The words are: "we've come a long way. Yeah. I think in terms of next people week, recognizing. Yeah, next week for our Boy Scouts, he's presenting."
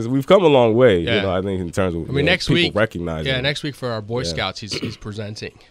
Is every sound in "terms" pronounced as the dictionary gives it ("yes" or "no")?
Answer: yes